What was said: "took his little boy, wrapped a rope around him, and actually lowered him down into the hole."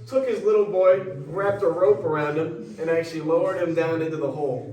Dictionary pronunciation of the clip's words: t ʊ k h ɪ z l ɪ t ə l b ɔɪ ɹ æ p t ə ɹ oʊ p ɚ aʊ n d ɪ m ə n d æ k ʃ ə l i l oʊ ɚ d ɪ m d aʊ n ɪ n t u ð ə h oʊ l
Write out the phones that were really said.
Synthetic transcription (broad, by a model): t ʊ k h ɪ z l ɪ t l b ɔɪ ɹ æ p t ə ɹ oʊ p ɚ aʊ n d ɪ m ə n æ k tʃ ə l i l oʊ ɚ d ɪ m d aʊ n ɪ n t u ð ə h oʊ l